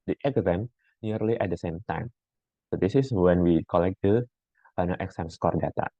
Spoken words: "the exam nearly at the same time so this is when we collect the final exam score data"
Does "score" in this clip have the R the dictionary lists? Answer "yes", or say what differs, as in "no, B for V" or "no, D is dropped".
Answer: yes